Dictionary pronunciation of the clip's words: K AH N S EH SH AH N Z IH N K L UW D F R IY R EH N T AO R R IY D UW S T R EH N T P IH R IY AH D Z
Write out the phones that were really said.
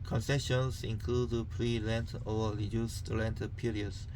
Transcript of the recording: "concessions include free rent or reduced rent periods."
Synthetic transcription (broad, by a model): K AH N S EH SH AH N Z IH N K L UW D P R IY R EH N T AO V R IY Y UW S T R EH N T P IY R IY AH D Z